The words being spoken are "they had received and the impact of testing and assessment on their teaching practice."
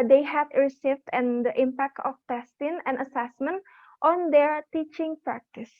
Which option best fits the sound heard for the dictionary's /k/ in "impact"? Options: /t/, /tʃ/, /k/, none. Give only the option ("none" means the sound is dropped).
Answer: /k/